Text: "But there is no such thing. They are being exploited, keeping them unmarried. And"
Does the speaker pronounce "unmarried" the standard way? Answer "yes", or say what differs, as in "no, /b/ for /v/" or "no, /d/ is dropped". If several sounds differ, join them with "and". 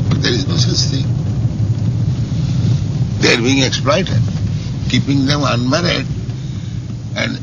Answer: yes